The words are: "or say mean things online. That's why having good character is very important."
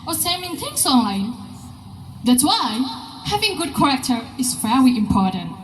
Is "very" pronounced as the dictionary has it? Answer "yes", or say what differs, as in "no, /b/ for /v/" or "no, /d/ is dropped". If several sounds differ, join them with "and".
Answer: no, /l/ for /ɹ/